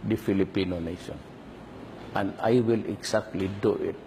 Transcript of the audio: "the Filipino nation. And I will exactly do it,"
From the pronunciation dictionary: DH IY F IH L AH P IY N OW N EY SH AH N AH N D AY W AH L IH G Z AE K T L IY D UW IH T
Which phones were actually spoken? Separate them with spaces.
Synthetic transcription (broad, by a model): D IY F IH L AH P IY N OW N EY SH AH N AH N D AY W AH L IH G S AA K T L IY D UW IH T